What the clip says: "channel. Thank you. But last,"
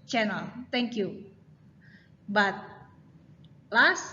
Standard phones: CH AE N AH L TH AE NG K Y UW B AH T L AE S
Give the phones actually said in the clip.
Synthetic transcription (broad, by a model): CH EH N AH L T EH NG K Y UW B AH T L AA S